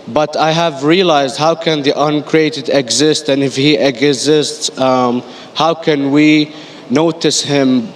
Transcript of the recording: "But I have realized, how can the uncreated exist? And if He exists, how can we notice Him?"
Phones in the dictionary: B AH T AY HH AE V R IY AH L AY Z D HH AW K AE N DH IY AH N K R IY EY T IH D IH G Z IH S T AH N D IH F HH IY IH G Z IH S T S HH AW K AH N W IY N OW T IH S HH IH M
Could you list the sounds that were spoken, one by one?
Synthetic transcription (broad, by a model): B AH T AY HH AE V R IY AH L AY Z D HH AW K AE N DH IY AH N K R IY EY T IH D IH G Z IH S T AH N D IH F HH IY IH G Z IH S T S HH AW K AH N W IY N OW T IH S HH IH M